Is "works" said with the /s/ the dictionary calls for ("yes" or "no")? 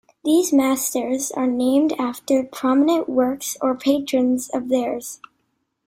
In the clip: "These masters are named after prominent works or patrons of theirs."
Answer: yes